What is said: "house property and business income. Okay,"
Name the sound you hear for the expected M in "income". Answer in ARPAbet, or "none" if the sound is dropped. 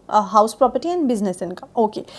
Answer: none